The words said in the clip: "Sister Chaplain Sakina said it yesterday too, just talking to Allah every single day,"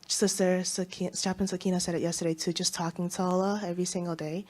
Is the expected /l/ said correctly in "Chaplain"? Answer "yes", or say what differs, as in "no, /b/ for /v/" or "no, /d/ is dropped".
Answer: no, /l/ is dropped